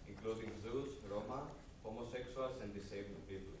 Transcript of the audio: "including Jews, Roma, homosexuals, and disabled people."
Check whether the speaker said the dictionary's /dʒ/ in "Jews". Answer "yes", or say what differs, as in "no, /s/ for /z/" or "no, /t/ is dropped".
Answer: no, /z/ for /dʒ/